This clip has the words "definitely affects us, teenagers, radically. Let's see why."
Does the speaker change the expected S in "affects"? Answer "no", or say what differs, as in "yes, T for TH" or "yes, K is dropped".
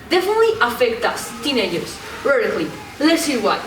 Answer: yes, S is dropped